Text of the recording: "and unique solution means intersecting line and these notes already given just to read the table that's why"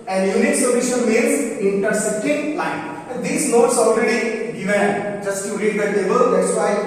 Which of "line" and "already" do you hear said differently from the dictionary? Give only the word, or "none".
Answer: line